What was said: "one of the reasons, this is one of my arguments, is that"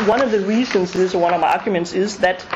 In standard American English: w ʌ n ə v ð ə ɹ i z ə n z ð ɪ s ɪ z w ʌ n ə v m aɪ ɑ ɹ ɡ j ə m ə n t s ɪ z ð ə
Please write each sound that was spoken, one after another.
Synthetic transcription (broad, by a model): w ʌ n ə v ð ə ɹ i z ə n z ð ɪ ɪ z w ʌ n ə v m aɪ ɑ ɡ j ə m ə n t s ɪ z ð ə